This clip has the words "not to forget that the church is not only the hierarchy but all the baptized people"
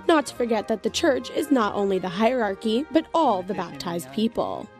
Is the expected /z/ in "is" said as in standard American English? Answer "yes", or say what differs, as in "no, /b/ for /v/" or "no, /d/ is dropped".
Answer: yes